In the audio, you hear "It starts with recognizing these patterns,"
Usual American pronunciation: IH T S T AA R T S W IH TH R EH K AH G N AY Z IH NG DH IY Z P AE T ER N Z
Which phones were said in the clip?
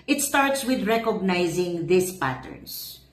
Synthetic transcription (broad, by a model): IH T S T AA R T S W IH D R EH K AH G N AY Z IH NG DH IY S P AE T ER N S